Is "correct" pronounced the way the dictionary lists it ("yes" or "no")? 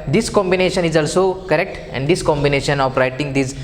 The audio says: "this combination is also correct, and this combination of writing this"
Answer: yes